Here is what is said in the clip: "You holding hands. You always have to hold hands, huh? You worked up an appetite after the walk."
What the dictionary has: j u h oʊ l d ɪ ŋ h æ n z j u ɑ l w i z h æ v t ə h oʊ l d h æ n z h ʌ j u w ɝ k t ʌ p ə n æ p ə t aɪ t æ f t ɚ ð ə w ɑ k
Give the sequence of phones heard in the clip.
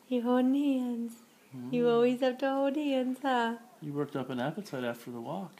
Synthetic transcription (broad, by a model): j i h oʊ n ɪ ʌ n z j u ɑ l w i z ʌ p t ə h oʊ d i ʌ n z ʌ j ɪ w ɝ k t ʌ p ə n æ p ə t aɪ t æ f t ɚ ð ə w ɑ k